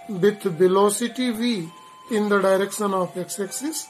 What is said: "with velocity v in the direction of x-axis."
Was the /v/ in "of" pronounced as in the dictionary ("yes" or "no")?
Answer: no